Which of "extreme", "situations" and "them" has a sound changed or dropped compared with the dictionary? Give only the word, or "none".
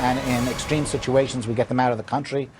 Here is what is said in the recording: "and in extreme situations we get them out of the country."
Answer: none